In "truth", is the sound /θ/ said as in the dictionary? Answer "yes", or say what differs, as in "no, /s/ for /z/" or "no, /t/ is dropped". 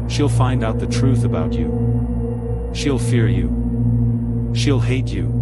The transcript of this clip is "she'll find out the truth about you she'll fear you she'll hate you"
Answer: yes